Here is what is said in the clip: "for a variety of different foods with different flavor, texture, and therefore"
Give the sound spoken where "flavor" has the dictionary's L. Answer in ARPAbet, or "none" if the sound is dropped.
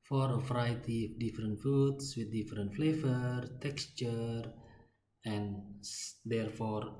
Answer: L